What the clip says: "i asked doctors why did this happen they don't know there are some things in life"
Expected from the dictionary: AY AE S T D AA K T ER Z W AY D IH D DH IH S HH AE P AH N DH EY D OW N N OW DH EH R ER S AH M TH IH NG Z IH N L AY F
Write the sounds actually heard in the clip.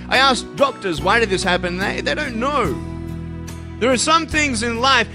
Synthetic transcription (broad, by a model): AY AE S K D AA K T ER Z W AY D IH D DH IH S HH AE P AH N DH EY D OW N N OW DH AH R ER S AH M TH IH NG Z IH N L AY F